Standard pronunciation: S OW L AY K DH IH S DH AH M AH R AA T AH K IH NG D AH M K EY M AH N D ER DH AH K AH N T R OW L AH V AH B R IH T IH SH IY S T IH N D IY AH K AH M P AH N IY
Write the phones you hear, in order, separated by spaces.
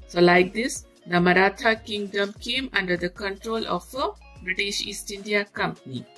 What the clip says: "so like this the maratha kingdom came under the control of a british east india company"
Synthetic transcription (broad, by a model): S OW L AY K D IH S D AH M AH R AA T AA K IH NG D AH M K EY M AH N D ER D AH K AH N T R OW L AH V AH B R IH T IH SH IY S T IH N D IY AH K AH M P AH N IY